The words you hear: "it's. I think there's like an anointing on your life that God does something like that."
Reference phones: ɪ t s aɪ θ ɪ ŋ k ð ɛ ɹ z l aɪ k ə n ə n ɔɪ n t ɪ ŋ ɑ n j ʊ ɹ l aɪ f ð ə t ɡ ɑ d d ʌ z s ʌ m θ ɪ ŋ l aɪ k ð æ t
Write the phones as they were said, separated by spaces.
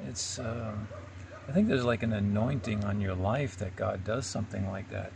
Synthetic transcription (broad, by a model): ɪ t s aɪ θ ɪ ŋ k ð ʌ ɹ z l aɪ k ə n ə n ɔɪ n t ɪ ŋ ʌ n j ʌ ɹ l aɪ f ð ə t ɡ ɑ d d ʌ z s ʌ m θ ɪ ŋ l aɪ k ð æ t